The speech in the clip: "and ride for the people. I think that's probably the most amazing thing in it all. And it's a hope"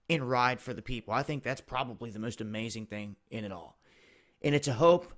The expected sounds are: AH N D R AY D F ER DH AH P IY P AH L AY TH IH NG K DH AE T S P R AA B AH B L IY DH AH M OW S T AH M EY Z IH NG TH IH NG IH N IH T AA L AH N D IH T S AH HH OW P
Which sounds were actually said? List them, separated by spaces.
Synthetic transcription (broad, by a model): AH N R AY D F ER DH AH P IY P L AY TH IH NG K DH AE T S P R AA B AH B L IY DH AH M OW S T AH M EY Z IH NG TH IH NG IH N IH T AA L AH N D IH T S AH HH OW P